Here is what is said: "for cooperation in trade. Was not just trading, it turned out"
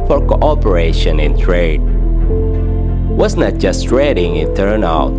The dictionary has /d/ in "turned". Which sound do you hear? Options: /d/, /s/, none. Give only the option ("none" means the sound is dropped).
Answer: none